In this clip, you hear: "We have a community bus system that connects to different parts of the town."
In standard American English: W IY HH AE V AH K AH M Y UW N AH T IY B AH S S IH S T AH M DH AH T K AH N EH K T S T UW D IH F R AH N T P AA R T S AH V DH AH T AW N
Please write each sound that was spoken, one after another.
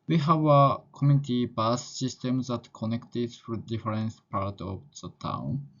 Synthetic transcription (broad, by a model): W IY HH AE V AH K AH M Y UW N AH T IY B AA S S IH S T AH M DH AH T K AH N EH K T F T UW D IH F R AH N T P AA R T AH V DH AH T AW N